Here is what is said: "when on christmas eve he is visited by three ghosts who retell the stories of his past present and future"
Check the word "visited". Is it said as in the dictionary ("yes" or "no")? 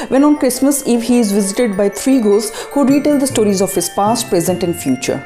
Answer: yes